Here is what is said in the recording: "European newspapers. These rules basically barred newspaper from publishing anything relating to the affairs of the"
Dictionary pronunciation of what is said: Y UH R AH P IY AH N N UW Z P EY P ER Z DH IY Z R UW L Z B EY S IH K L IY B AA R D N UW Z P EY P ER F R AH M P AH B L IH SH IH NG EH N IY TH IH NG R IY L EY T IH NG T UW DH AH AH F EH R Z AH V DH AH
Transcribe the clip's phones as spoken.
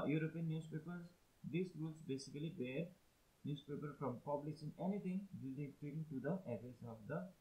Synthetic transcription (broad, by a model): Y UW R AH P IY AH N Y UW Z P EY P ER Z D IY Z R UW L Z B EY S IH K L IY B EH R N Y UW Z P EY P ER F R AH M P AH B L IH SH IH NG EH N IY T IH NG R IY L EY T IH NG T UW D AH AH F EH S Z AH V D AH